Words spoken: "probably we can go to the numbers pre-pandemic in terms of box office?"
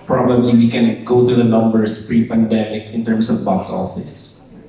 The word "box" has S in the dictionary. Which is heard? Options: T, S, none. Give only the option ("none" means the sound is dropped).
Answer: S